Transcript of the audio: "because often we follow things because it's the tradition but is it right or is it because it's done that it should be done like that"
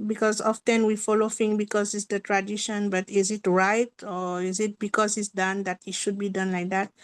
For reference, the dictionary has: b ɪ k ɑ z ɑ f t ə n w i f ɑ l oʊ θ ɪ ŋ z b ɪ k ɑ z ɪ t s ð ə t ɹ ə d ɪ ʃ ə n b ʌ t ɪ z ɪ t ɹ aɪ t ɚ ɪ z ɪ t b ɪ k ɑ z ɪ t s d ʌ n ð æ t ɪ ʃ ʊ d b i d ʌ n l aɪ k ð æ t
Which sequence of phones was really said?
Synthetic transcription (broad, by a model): b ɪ k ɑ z ɑ f t ə n w i f ɑ l oʊ f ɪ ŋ b ɪ k ɑ z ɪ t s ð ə t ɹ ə d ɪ ʃ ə n b ʌ t ɪ z ɪ t ɹ aɪ t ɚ ɪ z ɪ t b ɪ k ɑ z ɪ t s d ʌ n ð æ t ɪ ʃ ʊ d b i d ʌ n l aɪ k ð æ t